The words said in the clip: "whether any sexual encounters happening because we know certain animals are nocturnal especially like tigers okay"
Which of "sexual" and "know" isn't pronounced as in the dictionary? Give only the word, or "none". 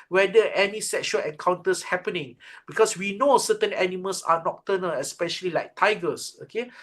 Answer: none